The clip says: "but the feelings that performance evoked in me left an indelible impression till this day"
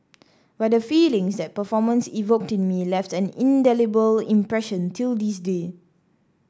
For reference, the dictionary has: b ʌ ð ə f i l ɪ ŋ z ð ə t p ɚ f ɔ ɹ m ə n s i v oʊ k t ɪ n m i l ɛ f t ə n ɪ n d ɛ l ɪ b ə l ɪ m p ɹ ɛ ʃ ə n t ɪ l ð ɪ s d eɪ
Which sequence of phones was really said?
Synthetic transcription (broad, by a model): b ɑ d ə f i l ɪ ŋ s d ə t p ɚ f ɔ m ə n s i v oʊ k t ɪ n m i l ɛ f t ə n ɪ n d ɛ l ɪ b ə l ɪ m p ɹ ɛ ʃ ə n t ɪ l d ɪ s d eɪ